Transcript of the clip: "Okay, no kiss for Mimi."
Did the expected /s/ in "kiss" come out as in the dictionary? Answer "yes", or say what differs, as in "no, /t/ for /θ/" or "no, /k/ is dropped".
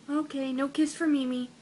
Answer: yes